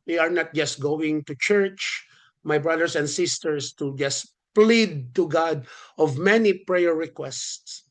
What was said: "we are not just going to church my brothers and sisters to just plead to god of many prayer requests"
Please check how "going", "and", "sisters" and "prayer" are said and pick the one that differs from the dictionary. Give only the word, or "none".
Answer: sisters